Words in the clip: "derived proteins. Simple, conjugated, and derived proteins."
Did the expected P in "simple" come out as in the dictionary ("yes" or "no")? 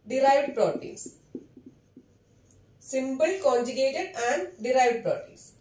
no